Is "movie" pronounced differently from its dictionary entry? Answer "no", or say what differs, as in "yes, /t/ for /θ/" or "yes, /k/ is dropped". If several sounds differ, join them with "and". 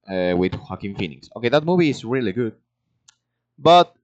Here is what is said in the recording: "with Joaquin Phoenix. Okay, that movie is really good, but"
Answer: no